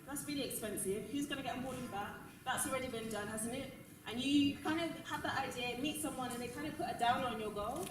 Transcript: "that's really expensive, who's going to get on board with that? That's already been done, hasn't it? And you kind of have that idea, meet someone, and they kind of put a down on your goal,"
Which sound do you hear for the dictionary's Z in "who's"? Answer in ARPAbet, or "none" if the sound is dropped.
Z